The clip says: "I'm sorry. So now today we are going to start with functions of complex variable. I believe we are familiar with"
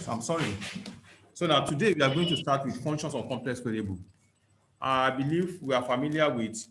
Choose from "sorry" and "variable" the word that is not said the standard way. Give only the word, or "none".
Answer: variable